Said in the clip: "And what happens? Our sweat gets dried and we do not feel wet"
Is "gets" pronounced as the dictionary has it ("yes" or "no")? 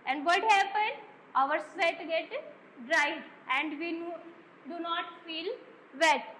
no